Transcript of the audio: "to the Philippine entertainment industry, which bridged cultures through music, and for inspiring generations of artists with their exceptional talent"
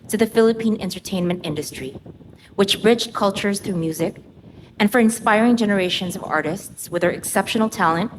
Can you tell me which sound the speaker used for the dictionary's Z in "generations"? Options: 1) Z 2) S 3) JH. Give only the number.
1